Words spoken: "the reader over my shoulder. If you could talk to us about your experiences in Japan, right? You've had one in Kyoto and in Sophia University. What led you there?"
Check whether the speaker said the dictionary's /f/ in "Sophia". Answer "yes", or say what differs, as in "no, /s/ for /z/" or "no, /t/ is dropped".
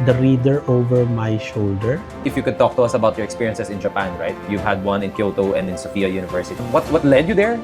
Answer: yes